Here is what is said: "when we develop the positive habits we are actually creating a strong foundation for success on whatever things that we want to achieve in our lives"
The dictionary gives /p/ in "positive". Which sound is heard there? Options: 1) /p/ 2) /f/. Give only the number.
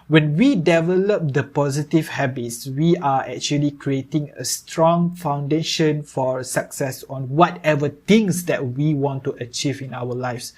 1